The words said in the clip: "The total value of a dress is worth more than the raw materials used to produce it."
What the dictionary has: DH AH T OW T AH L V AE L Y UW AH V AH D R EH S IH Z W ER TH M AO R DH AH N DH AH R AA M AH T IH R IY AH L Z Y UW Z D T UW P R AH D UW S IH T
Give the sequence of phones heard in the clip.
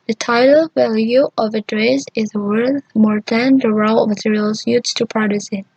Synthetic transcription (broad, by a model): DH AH T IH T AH L V AE L Y UW AH V AH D R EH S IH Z W ER TH M AO R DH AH N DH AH R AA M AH T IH R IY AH L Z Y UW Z T UW P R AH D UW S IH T